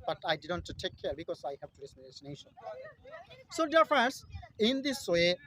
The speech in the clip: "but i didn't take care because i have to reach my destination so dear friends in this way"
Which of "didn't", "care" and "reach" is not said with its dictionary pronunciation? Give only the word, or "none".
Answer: reach